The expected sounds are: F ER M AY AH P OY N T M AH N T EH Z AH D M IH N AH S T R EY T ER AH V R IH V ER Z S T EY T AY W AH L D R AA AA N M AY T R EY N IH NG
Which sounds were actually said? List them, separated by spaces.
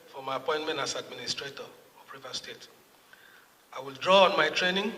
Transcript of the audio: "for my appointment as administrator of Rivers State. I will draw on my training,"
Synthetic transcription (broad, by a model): F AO M AY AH P OY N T M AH N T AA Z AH D M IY N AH S T R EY T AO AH P R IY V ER S T EY T AY W AH L D R AA AA N M AY T R EY N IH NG